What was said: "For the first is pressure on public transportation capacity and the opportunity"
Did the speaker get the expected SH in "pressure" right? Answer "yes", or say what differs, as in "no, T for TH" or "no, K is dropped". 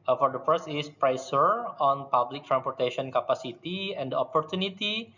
no, S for SH